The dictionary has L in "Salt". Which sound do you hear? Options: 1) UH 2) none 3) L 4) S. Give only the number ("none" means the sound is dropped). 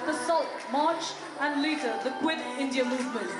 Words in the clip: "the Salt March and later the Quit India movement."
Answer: 3